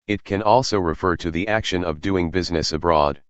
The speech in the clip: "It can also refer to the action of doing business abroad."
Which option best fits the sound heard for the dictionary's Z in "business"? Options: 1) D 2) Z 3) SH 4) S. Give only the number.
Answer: 2